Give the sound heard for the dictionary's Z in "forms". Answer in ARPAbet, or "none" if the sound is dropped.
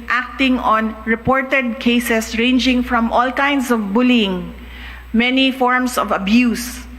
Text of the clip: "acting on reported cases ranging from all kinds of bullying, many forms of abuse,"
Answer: S